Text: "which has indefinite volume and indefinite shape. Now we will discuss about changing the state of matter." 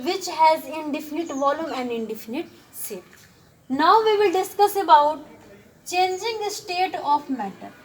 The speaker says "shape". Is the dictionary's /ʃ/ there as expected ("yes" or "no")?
no